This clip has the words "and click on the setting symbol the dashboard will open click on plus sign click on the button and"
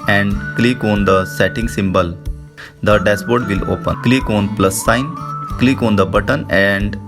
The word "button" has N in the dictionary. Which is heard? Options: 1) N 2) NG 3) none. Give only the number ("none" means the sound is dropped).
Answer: 1